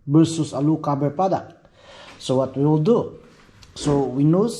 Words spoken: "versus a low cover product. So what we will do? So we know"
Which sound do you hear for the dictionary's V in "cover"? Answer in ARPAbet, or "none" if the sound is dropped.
B